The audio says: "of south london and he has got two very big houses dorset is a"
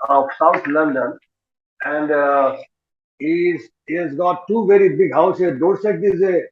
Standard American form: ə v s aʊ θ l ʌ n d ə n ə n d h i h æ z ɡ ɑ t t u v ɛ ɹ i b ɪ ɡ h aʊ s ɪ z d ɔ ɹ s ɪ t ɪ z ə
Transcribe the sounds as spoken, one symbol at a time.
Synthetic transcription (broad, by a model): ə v s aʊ t l ʌ n d ə n ə n d h i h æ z ɡ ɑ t t u v ɛ ɹ i b ɪ ɡ h aʊ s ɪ d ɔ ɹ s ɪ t ɪ z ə